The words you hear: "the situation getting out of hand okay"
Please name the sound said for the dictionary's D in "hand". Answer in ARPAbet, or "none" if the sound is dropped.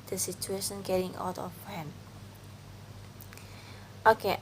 none